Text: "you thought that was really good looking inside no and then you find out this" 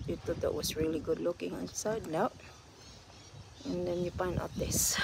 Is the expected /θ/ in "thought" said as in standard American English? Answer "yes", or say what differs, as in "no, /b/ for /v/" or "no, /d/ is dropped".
no, /t/ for /θ/